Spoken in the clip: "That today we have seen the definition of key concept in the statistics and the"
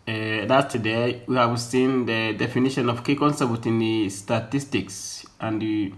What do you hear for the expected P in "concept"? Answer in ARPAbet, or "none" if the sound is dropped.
B